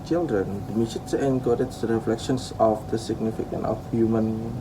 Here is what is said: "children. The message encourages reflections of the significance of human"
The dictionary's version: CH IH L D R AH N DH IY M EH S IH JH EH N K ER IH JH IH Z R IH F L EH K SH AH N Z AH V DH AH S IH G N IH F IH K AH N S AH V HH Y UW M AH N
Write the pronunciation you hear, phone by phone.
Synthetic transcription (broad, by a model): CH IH L D R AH N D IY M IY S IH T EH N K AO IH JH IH R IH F L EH K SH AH N S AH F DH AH S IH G N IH F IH K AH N AH F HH Y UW M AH N